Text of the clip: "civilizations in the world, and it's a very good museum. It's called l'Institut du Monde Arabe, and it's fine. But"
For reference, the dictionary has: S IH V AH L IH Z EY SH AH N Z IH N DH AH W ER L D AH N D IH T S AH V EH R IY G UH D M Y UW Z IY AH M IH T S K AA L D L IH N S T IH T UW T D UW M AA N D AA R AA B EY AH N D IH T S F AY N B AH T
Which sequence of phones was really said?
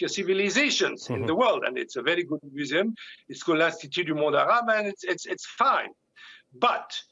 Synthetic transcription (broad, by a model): S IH V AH L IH Z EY SH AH N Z IH N DH AH W ER L D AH N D IH T S AH V EH R IY G UH D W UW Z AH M IH T S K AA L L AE S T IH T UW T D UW M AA D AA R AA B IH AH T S IH T S F AY N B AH T